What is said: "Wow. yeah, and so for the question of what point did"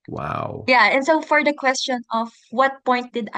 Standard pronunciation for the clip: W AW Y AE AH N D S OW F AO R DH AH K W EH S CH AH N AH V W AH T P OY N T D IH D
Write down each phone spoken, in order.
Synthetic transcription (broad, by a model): W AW Y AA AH N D S OW F AO R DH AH K W EH S CH AH N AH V W AH T P OY N T D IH D